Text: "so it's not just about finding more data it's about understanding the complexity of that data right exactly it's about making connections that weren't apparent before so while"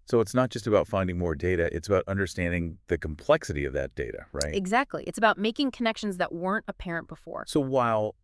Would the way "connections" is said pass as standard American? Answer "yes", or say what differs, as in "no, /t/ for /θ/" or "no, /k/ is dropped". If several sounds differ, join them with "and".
yes